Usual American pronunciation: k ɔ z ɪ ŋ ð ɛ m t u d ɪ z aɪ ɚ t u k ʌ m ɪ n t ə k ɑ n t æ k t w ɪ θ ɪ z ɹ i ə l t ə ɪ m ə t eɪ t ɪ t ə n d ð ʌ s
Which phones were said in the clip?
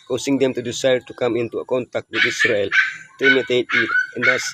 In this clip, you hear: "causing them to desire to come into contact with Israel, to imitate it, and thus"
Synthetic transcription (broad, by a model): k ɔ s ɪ ŋ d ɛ m t u d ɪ s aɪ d t u k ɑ m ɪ n t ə k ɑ n t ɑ k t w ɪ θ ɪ s ɹ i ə l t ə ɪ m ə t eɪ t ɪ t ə n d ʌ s